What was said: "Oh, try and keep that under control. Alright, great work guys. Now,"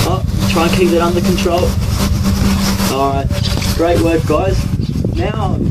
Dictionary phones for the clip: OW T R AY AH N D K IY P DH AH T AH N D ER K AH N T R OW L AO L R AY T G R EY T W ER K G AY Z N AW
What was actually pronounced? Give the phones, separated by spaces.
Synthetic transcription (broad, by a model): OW T R AY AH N K IY P DH AH T AH N D ER K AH N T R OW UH L AY G R EY T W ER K G AY Z N AW